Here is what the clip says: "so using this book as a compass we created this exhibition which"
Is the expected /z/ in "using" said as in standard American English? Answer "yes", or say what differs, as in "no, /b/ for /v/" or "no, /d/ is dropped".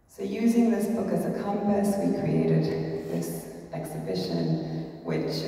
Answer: yes